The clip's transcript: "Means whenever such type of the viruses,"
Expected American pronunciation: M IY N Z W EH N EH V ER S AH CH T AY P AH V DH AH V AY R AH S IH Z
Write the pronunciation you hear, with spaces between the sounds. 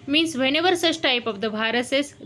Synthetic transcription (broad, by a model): M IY N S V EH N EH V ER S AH S T AY P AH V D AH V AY R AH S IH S